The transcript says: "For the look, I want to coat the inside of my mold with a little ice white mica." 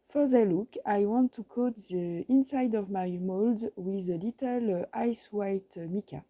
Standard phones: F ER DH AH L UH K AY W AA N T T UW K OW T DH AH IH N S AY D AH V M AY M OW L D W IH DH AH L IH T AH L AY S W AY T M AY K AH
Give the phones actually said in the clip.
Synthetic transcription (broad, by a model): F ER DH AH L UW K AY W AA N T T UW K OW T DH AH IH N S AY D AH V M AY M OW L D W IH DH AH L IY T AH L AY S W AY T M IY K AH